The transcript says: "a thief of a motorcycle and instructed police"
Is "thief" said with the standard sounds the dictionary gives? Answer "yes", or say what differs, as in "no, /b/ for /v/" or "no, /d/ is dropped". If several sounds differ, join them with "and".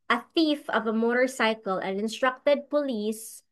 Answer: yes